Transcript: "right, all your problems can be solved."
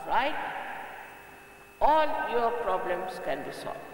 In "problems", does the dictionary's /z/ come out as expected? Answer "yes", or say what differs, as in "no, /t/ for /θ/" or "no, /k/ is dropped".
no, /s/ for /z/